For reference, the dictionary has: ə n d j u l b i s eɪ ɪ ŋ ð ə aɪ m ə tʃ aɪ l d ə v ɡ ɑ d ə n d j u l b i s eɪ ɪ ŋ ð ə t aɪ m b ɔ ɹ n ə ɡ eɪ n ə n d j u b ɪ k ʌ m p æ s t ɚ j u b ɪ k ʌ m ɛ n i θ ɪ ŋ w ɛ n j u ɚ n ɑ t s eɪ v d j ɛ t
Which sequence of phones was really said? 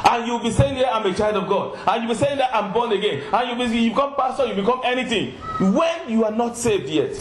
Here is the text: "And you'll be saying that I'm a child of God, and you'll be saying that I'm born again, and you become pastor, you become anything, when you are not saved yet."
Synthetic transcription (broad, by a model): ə n j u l b i s eɪ ɪ ŋ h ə aɪ m ə tʃ aɪ l d ə v ɡ ɑ d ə n j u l b i s eɪ ɪ ŋ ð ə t aɪ m b ɔ n ə ɡ eɪ n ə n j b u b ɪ k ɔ m p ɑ s t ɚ j u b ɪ k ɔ m ɛ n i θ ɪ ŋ w ɛ n j u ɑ n ɑ t s eɪ v d j ɛ t